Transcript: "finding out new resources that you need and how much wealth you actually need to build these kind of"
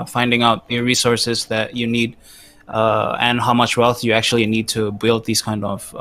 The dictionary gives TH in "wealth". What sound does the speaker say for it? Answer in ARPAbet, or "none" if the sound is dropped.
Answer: TH